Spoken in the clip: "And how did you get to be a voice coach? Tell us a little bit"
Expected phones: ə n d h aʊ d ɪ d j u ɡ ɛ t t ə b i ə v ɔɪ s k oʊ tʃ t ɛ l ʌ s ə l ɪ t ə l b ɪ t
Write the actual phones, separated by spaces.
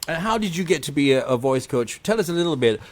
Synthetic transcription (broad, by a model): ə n h aʊ d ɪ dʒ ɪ ɡ ɛ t t ə b i ə v ɔɪ s k oʊ tʃ t ɛ l ʌ s ə l ɪ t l b ɪ t